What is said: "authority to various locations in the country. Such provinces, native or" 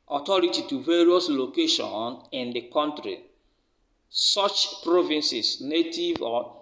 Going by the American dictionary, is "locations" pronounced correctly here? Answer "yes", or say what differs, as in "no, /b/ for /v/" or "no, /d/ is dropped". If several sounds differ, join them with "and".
no, /z/ is dropped